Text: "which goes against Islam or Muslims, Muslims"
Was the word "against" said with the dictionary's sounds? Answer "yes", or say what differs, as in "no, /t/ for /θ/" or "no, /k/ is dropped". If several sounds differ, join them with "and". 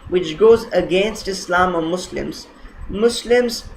yes